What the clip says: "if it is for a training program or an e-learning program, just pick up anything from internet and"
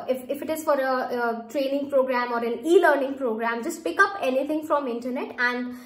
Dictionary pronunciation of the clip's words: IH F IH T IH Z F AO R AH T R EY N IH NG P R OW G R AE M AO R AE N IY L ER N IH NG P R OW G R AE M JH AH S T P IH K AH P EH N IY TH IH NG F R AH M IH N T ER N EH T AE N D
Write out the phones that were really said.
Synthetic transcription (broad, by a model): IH F IH T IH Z F AO R AH T R EY N IH NG P R OW G R AE M AO R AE N IY L ER N IH NG P R OW G R AE M JH AH S T P IH K AH P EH N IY T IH NG F R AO M IH N T ER N EH T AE N D